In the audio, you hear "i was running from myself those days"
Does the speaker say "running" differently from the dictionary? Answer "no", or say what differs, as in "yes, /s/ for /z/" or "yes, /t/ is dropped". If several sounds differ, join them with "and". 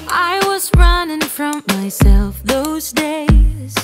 no